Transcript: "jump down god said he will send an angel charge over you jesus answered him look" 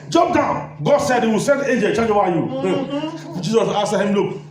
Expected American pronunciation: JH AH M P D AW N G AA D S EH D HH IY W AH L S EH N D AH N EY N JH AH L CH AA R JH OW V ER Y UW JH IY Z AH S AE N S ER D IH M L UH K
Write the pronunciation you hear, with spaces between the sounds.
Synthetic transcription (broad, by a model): JH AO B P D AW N G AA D S EH D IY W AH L S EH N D EY N JH AH L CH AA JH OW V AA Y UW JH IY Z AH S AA S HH IH M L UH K